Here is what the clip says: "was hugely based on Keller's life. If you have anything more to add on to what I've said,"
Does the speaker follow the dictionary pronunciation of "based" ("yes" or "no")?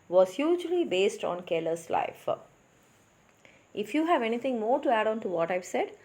yes